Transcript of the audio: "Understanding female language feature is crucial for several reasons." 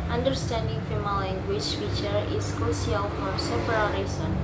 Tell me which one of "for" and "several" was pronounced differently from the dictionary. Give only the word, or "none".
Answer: several